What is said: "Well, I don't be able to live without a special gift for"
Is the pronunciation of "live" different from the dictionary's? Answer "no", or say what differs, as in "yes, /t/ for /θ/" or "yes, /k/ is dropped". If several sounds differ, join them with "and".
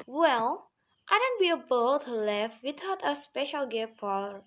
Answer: yes, /f/ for /v/